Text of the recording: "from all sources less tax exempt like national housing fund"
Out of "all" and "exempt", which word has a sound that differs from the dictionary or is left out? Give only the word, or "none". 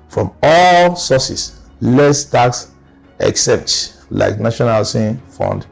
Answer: exempt